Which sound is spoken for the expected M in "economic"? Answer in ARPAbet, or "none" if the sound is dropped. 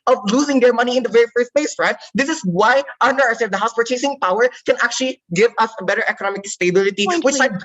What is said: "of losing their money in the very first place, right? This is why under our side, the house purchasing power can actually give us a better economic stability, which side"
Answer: M